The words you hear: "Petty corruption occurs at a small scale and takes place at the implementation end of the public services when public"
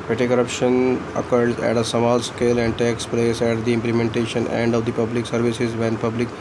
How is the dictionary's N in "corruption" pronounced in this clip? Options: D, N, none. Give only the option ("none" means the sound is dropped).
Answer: N